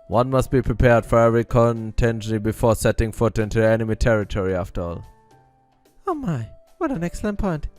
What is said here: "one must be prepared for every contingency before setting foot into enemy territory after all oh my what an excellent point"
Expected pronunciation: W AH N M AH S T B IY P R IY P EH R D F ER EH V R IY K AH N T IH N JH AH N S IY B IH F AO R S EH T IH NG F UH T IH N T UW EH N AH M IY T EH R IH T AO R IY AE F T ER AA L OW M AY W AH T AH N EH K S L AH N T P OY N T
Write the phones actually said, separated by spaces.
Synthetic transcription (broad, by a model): W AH N M AH S T B IY P R IY P EH R D F ER EH V R IY K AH N T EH N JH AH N IY B IH F AO R S EH T IH NG F UH T IH N T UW EH N AH M IY T EH R IH T AO R IY AE F T ER AA L OW M AY W AH T AH N EH K S L AH N T P OY N T